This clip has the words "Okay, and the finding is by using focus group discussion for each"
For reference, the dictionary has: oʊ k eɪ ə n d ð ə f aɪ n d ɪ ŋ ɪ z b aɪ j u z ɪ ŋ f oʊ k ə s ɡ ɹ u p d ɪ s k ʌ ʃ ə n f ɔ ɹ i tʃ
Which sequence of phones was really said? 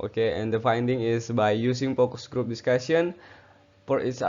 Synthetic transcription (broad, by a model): oʊ k eɪ ə n d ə f aɪ n d ɪ ŋ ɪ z b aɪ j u s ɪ ŋ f oʊ k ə s ɡ ɹ u p d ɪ s k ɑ s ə n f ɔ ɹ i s